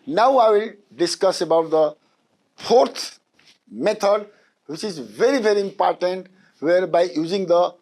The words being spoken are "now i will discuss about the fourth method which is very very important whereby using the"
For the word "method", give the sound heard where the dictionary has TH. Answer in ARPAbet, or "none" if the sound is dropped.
T